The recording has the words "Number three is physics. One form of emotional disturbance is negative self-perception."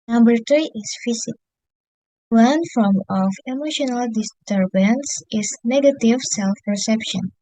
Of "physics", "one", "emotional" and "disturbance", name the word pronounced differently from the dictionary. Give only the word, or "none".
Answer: physics